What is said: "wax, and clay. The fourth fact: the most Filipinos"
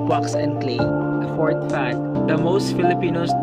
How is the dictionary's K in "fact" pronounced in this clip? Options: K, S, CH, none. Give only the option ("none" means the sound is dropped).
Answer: none